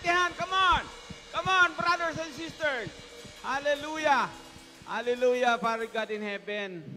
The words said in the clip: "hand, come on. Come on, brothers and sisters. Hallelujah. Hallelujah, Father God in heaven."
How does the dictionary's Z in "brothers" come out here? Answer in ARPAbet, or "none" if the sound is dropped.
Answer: S